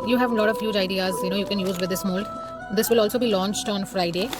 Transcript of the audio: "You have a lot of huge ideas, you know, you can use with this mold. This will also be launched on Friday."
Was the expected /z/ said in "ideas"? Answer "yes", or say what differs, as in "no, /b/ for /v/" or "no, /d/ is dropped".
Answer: yes